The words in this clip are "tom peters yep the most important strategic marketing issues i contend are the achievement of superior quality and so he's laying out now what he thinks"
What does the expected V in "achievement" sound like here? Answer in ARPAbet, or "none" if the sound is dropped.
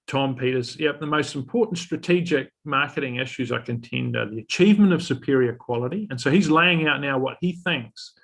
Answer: V